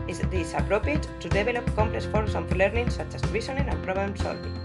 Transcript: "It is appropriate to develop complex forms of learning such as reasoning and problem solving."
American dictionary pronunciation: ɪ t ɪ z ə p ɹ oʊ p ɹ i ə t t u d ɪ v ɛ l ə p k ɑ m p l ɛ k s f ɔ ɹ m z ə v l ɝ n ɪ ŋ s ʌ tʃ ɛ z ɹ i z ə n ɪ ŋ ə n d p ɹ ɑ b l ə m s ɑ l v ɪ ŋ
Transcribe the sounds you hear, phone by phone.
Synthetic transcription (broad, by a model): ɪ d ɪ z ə p ɹ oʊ p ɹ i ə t t u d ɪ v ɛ l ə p k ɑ m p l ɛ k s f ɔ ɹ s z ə f l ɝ n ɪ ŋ s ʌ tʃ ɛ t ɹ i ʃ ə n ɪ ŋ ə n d p ɹ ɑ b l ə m s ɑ l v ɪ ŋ